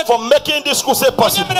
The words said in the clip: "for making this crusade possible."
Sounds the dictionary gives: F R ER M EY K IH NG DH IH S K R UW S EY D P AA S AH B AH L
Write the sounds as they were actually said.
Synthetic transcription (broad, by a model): F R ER M EY K IH NG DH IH S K UW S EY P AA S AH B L